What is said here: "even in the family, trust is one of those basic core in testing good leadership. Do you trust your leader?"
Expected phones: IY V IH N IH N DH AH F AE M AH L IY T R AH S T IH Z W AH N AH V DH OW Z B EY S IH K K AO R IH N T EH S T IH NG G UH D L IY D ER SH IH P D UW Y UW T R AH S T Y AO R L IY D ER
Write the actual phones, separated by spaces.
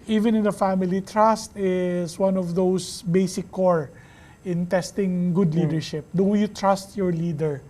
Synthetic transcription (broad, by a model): IY V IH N IH N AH F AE M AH L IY T R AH S T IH S W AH N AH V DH OW S B EY S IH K K AO R IH N T EH S T IH NG G UH D L IY D ER SH IH P D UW Y UW T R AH S T Y AO R L IY D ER